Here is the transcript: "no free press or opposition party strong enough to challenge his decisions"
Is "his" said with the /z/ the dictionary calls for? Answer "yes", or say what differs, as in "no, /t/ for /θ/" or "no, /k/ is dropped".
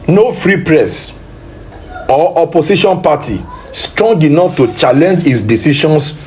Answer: no, /s/ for /z/